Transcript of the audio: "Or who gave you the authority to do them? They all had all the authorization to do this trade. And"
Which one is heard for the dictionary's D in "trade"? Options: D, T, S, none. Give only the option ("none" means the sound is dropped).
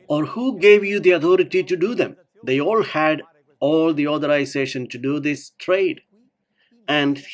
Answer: D